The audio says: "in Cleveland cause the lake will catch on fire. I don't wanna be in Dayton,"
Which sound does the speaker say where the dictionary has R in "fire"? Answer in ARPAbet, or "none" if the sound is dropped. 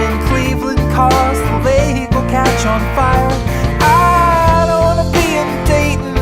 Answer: L